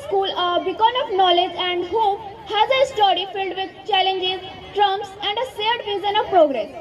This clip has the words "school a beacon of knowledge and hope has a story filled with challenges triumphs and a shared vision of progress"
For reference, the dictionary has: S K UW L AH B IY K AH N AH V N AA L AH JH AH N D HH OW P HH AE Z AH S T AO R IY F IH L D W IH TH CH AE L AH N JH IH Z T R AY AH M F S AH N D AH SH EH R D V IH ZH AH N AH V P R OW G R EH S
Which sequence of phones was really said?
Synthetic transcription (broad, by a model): S K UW L AH B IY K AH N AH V N AA L AH JH AH N D HH OW P HH AE Z AH S T AO R IY F IH L D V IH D CH AE L AH N JH IH Z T R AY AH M S AH N D AH S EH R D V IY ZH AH N AH V P R OW G R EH S